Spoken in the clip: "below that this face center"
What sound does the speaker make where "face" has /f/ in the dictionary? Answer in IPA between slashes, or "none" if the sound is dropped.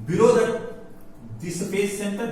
/p/